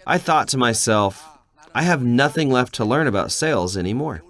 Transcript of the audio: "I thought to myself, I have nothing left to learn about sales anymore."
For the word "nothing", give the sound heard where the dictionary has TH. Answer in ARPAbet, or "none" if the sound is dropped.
TH